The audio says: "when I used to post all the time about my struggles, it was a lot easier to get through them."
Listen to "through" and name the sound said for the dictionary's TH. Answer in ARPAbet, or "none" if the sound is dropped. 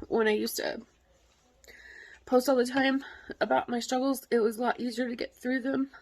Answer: TH